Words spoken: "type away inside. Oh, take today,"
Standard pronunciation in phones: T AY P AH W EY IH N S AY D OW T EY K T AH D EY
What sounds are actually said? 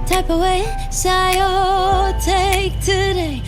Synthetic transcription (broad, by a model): T AY P AH W EY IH S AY OW T EY K T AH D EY